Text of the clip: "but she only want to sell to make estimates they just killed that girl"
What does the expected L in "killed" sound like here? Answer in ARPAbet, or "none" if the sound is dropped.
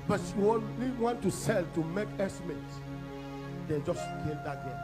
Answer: none